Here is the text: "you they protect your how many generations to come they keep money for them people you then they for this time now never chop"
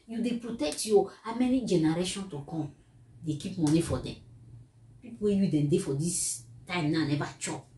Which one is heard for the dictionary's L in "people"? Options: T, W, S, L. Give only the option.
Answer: W